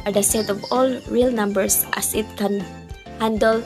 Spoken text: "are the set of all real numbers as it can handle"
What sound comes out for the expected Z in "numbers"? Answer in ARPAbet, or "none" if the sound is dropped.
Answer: S